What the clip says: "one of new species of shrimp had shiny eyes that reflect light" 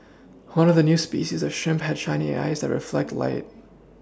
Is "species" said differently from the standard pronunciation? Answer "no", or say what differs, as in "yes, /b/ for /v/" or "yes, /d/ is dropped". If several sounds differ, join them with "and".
no